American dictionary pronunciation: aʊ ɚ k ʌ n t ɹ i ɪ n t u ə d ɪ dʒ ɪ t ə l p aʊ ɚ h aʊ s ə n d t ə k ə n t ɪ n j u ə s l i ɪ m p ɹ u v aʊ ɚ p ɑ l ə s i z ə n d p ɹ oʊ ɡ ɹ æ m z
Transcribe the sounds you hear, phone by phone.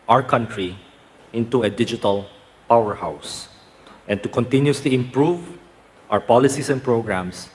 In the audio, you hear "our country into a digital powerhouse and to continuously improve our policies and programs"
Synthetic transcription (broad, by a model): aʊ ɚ k ʌ n t ɹ i ɪ n t u ə d ɪ dʒ ɪ t ə l p aʊ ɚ h aʊ s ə n t ə k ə n t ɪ n j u s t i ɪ m p ɹ u v aʊ ɚ p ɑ l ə s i s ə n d p ɹ oʊ ɡ ɹ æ m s